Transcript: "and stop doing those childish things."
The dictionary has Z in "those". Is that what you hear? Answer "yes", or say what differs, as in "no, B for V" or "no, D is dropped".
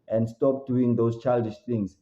no, S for Z